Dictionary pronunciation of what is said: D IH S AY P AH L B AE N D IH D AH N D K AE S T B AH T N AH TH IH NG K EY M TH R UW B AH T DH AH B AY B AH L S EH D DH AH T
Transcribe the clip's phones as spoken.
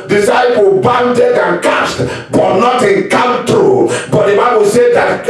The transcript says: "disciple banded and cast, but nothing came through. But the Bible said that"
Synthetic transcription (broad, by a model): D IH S AY P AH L B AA N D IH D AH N K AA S T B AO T N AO T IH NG K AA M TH R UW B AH T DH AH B AY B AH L S EH D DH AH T